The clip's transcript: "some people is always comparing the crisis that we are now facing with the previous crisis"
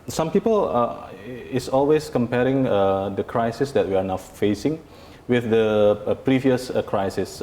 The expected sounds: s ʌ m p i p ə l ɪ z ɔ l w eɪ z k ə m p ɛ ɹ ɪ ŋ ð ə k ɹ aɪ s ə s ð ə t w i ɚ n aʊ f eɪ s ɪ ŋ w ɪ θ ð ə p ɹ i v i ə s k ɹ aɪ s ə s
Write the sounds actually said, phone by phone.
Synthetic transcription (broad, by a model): s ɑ m p i p ə l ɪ s ɔ l w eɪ s k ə m p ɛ ɹ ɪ ŋ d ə k ɹ aɪ s ə s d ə t w i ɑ n aʊ f eɪ s ɪ ŋ w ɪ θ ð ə p ɹ i v i ə s k ɹ aɪ s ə s